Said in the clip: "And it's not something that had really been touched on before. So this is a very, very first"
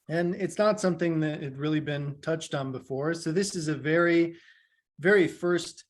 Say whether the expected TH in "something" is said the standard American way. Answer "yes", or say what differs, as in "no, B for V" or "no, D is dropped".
yes